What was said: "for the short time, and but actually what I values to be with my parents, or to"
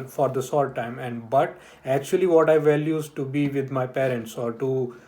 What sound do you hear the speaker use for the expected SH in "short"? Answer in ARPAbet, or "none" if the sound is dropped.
S